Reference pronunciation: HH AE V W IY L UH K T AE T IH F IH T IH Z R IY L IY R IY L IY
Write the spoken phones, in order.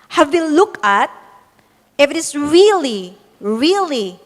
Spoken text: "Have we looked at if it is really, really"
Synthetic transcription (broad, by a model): HH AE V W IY L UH K AE T IH F IH T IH S R IY L IY R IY L IY